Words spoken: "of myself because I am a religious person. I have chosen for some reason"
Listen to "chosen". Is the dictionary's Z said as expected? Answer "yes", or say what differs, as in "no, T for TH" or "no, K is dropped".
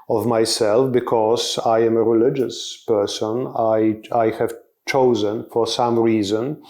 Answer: yes